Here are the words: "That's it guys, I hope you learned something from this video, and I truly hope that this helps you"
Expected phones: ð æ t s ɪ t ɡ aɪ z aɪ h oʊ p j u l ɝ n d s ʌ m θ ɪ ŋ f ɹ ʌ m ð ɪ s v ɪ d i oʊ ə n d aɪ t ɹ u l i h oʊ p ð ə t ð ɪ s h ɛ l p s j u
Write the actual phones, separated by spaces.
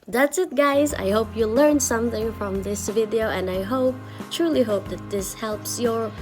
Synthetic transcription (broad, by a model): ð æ t s ɪ t ɡ aɪ z aɪ h oʊ p j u l ɝ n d s ʌ m θ ɪ ŋ f ɹ ʌ m ð ɪ s v ɪ d i oʊ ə n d aɪ t ɹ u l i h oʊ p ð ə t ð ɪ s h ɛ l p s j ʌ